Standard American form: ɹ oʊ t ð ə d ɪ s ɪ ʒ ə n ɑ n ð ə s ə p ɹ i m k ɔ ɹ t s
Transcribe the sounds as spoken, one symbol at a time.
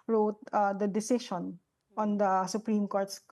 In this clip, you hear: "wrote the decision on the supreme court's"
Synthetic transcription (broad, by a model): ɹ oʊ t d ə d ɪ s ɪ ʃ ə n ɑ n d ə s ə p ɹ i m k ɔ ɹ t s